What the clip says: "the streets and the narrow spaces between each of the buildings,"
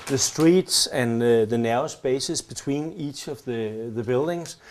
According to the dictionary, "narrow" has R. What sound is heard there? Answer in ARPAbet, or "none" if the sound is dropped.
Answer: none